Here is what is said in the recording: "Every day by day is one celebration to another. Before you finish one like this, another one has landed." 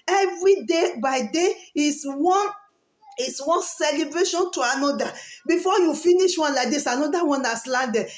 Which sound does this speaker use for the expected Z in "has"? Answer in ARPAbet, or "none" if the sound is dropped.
S